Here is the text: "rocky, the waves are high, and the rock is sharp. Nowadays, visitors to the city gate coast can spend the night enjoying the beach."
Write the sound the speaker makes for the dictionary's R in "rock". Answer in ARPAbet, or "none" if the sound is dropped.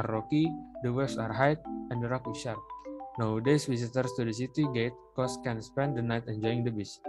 R